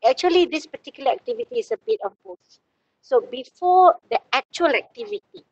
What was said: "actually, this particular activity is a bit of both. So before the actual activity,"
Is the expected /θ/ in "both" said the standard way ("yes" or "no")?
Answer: no